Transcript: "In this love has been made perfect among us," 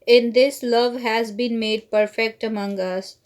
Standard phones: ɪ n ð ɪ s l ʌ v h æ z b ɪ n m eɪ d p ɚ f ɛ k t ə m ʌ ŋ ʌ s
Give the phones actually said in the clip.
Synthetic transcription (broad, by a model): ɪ n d ɪ s l ʌ v h æ z b ɪ n m eɪ d p ɚ f ɛ k t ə m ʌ ŋ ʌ s